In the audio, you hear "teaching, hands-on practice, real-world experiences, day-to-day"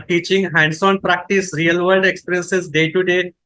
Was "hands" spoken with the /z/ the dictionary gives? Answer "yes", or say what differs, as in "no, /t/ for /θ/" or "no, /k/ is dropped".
no, /s/ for /z/